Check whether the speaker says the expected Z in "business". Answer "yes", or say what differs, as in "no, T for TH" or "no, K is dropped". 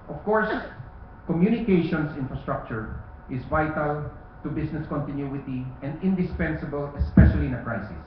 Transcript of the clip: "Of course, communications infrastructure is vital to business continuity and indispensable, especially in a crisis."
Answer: no, S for Z